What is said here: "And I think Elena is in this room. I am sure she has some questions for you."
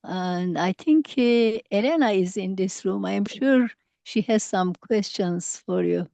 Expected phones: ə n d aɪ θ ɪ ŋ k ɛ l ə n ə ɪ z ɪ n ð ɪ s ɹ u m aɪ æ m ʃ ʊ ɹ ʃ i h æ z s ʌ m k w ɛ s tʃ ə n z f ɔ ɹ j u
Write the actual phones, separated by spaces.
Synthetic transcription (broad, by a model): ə n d aɪ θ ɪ ŋ k ɛ l ə n ə ɪ z ɪ n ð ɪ s ɹ u m aɪ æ m ʃ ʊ ɹ ʃ i h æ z s ʌ m k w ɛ s tʃ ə n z f ɔ ɹ j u